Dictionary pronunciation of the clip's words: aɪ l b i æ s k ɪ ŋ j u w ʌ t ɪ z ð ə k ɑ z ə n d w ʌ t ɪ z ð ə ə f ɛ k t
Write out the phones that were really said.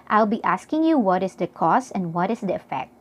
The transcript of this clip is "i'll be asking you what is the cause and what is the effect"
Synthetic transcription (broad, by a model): aɪ l b i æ s k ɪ ŋ j u w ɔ t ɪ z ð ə k ɑ s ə n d w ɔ t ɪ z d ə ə f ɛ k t